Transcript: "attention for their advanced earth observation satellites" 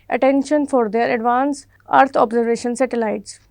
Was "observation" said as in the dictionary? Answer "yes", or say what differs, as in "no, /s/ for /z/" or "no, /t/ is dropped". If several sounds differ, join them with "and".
yes